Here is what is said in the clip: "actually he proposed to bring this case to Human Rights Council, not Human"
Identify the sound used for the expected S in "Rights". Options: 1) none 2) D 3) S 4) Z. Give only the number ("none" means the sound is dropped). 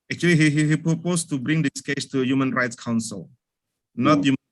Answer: 3